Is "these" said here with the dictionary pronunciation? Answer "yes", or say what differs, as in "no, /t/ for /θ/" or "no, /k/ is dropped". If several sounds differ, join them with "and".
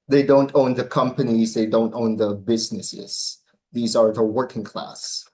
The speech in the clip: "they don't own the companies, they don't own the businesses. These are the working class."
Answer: yes